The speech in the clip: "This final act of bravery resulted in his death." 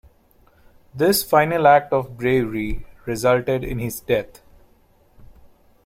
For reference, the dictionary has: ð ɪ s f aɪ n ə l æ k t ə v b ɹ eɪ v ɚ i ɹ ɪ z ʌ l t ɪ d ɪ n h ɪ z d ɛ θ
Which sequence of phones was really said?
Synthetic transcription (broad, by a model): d ɪ s f aɪ n ə l æ k t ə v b ɹ eɪ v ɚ i ɹ ɪ z ʌ l t ɪ d ɪ n h ɪ z d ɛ t